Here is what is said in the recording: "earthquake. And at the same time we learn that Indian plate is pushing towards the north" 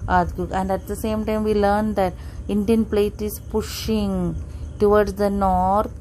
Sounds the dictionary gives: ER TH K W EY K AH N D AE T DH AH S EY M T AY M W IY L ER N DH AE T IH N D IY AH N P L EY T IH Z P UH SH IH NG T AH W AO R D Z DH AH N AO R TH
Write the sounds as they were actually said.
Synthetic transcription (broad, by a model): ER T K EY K AH N D AE T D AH S EY M T AY M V IY L ER N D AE T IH N D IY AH N P L EY T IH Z P UH SH IH NG T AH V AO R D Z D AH N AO R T